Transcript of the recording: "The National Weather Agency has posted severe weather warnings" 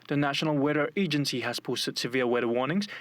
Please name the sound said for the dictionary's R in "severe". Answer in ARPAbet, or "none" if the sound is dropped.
L